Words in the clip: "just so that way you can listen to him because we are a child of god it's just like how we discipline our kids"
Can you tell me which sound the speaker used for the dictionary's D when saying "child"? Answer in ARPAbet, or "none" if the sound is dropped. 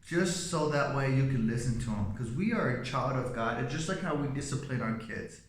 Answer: D